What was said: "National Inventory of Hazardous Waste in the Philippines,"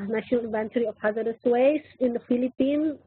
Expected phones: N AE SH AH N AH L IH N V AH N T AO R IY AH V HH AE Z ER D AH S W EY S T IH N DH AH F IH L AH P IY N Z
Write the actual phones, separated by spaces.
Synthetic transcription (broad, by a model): N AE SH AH N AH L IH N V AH N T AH R IY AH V HH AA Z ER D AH S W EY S IH N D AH F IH L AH P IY N